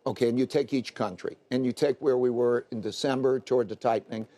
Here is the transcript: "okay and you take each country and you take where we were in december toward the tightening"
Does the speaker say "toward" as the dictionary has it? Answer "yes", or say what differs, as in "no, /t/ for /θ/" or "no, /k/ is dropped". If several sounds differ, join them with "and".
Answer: yes